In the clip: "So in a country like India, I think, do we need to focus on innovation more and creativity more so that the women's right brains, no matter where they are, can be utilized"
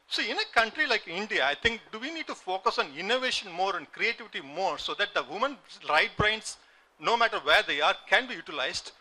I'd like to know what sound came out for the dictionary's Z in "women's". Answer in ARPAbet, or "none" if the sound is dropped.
none